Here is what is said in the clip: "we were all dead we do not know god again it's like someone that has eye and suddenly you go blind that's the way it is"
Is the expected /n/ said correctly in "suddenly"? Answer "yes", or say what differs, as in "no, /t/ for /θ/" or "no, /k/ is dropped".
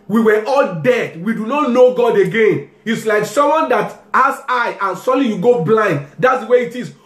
no, /n/ is dropped